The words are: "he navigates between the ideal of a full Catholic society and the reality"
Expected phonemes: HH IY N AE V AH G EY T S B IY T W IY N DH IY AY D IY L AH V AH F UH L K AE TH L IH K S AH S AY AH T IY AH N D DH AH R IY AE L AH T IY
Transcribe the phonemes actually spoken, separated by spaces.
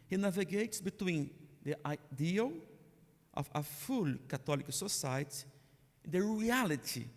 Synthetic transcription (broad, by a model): HH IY N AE V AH G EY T S B IY T W IY N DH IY AY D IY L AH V AH F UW L K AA T L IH K S AH S AY AH T IY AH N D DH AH R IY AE L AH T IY